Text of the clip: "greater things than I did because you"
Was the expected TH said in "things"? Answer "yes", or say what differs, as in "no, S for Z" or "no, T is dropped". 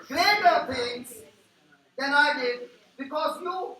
no, T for TH